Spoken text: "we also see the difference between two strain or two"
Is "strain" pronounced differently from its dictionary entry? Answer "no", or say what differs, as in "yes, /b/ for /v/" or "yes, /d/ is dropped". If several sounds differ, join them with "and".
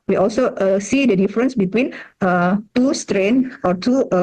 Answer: no